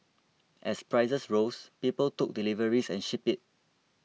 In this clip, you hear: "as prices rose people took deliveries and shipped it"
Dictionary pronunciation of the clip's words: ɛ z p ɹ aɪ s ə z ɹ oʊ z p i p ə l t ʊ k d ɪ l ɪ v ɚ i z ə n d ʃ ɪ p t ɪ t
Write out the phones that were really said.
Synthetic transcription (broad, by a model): ɛ s p ɹ aɪ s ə s ɹ oʊ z p i p ə l t ʊ k d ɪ l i v ɚ i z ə n ʃ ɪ p ɪ t